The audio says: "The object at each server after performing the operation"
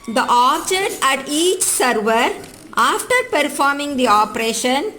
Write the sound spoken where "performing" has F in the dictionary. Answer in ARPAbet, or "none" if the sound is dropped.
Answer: F